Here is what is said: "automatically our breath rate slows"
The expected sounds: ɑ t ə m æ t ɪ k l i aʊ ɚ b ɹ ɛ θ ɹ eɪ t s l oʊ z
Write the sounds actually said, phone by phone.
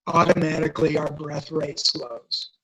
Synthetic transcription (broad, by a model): ɑ t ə m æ t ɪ k l i aʊ ɚ b ɹ ɛ θ ɹ eɪ t s l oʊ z